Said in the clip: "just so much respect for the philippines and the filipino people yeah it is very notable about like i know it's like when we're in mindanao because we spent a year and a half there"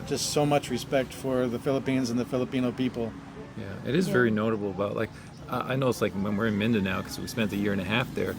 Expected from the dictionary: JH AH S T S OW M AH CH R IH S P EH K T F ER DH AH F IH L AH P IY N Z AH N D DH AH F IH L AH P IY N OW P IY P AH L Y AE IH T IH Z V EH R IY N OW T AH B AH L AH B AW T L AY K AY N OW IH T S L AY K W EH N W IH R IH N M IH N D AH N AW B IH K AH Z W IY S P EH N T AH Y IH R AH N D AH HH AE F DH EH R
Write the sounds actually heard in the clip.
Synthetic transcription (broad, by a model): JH AH S T S OW M AH CH R IH S P EH K T F ER DH AH F IH L AH P IY N Z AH N DH AH F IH L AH P IY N OW P IY P L Y AE IH T IH Z V EH R IY N OW T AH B L AH B AW T L AY K AY N OW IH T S L AY K W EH N W IH R IH N M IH N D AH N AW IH K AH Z W IY S P EH N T AH Y IH R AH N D AH HH AE F DH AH R